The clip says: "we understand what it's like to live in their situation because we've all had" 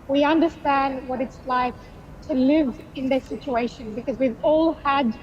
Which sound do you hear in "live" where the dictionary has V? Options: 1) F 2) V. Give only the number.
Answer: 2